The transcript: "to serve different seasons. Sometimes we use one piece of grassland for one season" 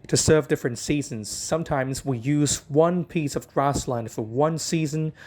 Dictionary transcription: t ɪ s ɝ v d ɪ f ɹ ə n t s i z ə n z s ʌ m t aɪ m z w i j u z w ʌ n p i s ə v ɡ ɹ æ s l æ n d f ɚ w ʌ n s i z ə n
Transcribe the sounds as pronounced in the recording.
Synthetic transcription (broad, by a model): t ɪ s ɝ v d ɪ f ɹ ə n t s i z ə n z s ʌ m t aɪ m z w i j u z w ʌ n p i s ə v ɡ ɹ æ s l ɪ n f ɚ w ʌ n s i z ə n